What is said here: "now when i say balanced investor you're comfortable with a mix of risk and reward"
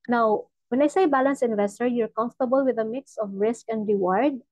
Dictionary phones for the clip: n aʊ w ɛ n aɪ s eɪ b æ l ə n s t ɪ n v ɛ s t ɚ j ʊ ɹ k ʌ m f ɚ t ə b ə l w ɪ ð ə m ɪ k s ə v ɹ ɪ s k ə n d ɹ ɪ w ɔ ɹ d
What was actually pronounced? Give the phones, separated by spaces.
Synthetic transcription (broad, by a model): n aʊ w ɛ n aɪ s eɪ b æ l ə n s ɪ n v ɛ s t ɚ j ʊ ɹ k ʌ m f t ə b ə l w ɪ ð ə m ɪ k s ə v ɹ ɪ s k ə n d ɹ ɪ w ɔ ɹ d